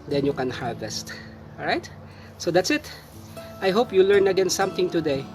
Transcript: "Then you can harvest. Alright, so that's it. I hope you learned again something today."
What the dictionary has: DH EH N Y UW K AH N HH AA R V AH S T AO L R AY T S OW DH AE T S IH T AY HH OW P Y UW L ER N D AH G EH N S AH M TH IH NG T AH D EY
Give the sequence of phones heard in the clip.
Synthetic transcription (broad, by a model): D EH N Y UW K AH N HH AA R V AH S T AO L R AY T S OW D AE T S IH T AY HH OW P Y UW L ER N AH G EH N S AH M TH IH NG T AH D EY